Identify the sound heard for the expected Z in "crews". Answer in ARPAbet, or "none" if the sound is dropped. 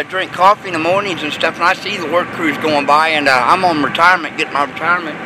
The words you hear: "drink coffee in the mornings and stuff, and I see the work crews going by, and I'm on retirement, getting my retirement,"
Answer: Z